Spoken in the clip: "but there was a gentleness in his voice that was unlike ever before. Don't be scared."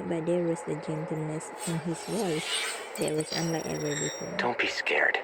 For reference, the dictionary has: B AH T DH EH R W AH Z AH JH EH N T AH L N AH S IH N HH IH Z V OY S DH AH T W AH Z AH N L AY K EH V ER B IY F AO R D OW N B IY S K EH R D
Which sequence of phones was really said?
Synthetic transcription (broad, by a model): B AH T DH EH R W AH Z AH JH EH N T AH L N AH S IH N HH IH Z W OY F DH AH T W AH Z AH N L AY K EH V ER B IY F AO D OW N B IY S K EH R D